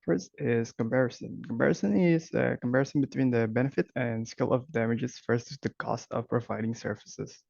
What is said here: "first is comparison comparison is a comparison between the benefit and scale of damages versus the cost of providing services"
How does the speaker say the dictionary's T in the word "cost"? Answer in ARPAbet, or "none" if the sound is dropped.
T